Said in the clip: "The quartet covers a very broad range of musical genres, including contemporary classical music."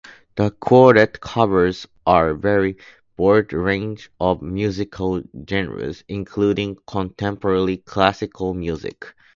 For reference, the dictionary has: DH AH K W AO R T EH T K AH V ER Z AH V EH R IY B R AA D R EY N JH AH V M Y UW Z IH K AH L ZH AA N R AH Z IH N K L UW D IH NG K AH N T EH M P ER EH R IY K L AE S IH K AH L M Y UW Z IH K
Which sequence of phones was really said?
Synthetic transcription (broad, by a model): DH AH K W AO R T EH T K AH V ER Z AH V EH R IY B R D R EY N JH AH V M Y UW Z IH K AH L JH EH N R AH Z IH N K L UW D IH NG K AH N T EH M P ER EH L IY K L AE S IH K AH L M Y UW Z IH K